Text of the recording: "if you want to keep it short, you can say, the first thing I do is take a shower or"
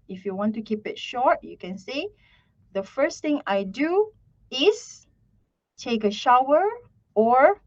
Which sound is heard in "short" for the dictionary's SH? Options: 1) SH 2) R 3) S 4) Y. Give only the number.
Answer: 1